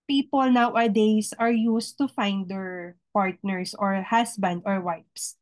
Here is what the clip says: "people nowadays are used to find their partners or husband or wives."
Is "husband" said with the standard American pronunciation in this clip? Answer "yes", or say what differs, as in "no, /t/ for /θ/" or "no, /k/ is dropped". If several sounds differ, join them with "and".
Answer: no, /s/ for /z/